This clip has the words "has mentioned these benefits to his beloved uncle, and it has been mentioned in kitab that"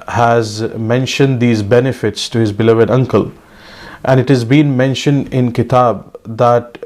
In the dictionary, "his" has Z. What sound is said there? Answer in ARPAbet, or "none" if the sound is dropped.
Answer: Z